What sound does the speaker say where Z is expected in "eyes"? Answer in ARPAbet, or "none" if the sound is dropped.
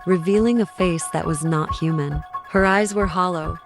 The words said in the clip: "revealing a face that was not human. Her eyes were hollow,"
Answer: Z